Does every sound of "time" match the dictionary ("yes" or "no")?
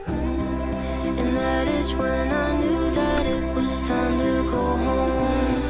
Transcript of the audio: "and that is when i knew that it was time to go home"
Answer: no